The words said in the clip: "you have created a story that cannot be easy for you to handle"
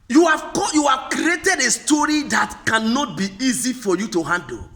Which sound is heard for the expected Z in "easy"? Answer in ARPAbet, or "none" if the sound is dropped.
Z